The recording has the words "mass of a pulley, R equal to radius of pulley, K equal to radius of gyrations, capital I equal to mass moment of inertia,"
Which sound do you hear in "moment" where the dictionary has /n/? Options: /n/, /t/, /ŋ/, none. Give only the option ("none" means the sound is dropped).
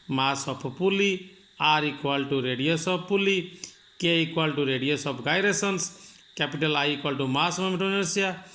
none